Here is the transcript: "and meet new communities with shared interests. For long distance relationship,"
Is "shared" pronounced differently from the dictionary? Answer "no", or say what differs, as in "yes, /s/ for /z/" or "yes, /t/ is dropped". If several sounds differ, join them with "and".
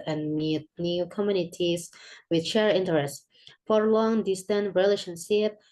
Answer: yes, /d/ is dropped